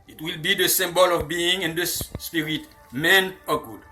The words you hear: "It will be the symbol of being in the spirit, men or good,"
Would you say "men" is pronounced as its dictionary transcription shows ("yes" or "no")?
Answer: yes